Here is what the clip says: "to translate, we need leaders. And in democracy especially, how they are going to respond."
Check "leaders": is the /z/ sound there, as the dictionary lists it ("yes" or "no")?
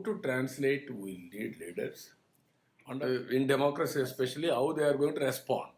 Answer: no